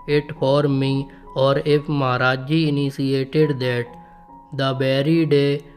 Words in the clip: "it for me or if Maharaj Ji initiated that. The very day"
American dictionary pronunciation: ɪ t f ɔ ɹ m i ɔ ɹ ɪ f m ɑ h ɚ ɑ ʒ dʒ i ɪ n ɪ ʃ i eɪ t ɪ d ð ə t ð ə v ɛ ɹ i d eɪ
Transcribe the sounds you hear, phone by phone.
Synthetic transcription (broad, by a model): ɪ t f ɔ ɹ m i ɔ ɹ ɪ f m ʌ h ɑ ɑ dʒ i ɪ n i s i eɪ t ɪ d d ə t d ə b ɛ ɹ i d eɪ